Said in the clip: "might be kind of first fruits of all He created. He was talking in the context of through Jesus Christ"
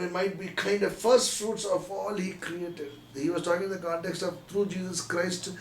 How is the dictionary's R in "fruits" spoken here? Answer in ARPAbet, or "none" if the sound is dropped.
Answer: R